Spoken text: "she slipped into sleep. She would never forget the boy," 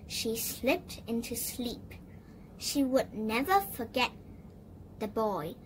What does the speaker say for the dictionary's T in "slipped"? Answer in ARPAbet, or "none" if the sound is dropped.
T